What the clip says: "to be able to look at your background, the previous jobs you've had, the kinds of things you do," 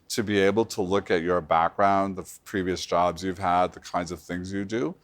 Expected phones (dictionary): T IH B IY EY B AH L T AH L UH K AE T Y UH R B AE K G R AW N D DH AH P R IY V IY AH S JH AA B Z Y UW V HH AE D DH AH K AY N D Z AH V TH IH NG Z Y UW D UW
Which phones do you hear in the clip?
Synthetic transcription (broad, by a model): T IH B IY EY B L T AH L UH K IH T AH R B AE K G R AW N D DH AH P R IY V IY AH S JH AA B Z Y UW V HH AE D DH AH K AY N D Z AH V TH IH NG Z Y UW D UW